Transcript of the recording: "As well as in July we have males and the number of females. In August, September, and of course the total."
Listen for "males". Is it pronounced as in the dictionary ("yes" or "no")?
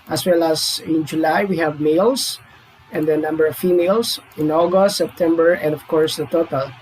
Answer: no